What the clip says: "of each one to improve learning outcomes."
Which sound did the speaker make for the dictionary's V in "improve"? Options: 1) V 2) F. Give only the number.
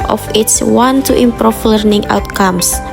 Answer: 2